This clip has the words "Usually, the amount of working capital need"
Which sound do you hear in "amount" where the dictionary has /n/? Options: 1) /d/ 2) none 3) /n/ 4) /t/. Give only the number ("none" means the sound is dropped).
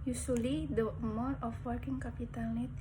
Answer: 2